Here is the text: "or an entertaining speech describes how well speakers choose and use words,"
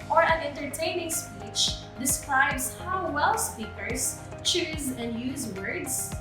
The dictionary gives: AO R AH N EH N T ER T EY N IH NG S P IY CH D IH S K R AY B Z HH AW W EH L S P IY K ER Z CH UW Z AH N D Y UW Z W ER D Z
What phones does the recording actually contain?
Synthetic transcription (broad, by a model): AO R AH N EH N T ER T EY N IH NG S P IY CH D IH S K R AY B Z HH AW W EH L S P IY K ER Z CH UW Z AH N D Y UW Z W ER D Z